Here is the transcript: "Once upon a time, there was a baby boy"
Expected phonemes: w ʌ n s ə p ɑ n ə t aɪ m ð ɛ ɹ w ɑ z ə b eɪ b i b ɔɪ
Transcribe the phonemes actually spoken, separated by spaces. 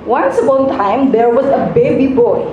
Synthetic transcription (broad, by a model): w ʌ n s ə b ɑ ə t aɪ m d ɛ ɹ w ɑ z ə b eɪ b i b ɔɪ